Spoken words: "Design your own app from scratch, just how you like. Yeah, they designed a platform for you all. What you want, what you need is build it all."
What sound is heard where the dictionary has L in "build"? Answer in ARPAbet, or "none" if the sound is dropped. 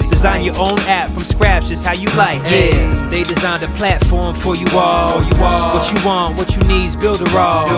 L